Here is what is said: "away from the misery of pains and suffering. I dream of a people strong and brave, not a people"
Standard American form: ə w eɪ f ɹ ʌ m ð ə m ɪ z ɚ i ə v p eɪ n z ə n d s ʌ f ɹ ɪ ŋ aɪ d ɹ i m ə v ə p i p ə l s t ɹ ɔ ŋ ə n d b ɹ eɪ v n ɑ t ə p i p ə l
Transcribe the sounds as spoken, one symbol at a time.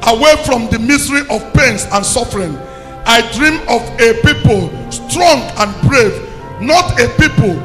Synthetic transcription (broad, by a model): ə w eɪ f ɹ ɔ m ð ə m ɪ s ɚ i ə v p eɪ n s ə n s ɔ f ɹ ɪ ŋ aɪ d ɹ i m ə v ə p i p ə l s t ɹ ɔ ŋ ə n b ɹ eɪ v n ɑ t ə p i p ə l